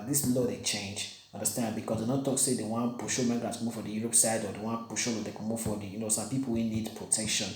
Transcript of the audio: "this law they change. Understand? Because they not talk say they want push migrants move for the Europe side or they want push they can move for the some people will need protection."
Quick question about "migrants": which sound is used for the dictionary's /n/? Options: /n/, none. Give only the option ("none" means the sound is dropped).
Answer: none